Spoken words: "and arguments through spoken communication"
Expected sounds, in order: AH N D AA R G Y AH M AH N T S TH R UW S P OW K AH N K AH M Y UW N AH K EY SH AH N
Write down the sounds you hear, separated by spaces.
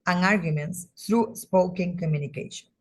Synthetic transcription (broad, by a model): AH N AA R G Y AH M AH N T S T R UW S P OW K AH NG K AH M Y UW N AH K EY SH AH N